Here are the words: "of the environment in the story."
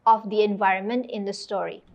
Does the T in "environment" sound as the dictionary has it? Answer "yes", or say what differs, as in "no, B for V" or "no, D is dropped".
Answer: yes